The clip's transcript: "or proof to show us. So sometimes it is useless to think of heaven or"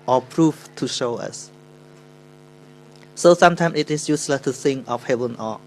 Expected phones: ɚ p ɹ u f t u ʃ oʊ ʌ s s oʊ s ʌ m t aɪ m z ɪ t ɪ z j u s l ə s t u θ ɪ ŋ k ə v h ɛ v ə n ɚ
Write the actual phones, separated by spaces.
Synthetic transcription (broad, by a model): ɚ p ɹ u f t u ʃ oʊ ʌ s s oʊ s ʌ m t aɪ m s ɪ t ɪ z j u s l ə s t u s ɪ ŋ ə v h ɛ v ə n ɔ